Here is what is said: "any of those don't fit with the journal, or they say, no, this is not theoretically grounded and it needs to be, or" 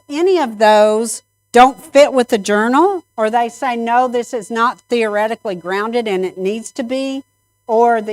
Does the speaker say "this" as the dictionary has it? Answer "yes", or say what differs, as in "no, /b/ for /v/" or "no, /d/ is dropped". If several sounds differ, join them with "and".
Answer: yes